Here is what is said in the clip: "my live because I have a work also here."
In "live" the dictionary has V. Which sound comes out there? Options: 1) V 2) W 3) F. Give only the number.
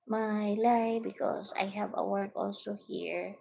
3